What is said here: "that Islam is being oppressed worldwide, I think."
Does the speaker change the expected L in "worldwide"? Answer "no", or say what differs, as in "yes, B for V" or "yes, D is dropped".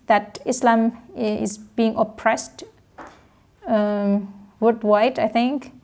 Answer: yes, L is dropped